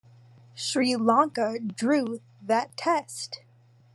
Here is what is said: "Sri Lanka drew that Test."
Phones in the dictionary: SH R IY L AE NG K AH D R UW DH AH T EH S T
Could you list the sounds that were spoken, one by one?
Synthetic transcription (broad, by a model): SH R IY L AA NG K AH D R UW DH AH T EH S T